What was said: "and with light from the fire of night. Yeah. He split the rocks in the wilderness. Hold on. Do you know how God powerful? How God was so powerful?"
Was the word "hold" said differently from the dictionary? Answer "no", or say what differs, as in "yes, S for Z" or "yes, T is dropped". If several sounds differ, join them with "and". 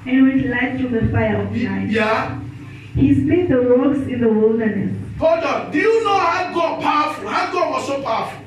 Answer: yes, L is dropped